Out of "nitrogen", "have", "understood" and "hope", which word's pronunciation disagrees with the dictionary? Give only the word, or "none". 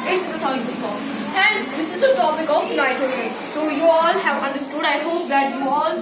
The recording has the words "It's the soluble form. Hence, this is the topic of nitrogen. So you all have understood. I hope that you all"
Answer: nitrogen